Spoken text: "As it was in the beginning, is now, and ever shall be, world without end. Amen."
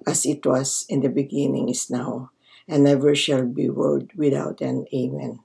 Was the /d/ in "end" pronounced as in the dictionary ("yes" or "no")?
no